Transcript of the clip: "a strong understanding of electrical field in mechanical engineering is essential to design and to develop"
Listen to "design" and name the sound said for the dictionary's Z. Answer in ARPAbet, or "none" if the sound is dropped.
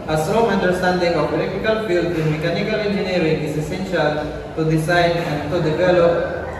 S